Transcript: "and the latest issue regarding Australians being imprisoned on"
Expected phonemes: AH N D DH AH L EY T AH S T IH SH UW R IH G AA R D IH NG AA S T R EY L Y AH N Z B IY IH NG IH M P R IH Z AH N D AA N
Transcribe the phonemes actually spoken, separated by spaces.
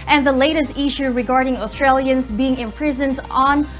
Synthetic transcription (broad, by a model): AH N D DH AH L EY T AH S T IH SH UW R IH G AA R D IH NG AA S T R EY L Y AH N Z B IY IH NG IH M P R IH Z AH N D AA N